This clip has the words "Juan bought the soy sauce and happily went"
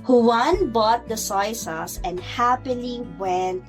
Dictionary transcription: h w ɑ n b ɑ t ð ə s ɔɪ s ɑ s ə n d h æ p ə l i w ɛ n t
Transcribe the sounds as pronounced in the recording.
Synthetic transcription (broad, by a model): h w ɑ n b ɑ t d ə s ɔɪ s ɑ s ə n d h æ p ə l i w ɛ n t